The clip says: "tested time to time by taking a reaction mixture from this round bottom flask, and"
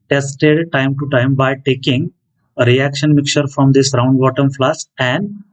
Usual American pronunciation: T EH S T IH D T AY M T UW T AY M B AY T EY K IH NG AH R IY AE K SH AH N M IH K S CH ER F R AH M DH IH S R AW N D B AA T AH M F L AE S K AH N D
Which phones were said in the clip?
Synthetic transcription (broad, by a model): T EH S T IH D T AY M T UW T AY M B AY T EY K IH NG AH R IY AE K SH AH N M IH K CH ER F R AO M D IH S R AW N D B AA T AH M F L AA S AH N D